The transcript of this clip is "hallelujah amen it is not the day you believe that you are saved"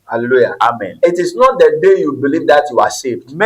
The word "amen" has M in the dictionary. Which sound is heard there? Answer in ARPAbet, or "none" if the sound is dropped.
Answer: M